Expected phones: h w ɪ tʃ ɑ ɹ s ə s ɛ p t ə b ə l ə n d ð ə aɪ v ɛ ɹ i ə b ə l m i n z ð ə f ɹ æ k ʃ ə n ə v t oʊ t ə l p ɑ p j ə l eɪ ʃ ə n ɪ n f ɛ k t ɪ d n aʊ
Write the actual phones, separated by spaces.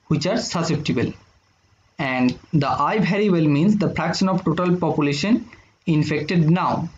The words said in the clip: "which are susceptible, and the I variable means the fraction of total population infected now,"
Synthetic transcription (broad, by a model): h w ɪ tʃ ɑ ɹ s ə s ɛ p t ə b ə l ə n d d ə aɪ b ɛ ɹ i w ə l m i n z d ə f ɹ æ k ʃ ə n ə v t oʊ t ə l p ɑ p j ə l eɪ ʃ ə n ɪ n f ɛ k t ɪ d n aʊ